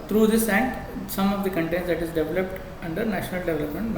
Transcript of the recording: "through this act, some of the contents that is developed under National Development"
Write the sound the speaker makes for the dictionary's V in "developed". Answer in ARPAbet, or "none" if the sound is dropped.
V